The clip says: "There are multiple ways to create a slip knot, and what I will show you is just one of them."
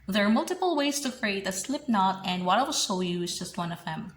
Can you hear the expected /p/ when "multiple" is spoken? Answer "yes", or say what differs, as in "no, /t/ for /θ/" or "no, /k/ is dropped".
yes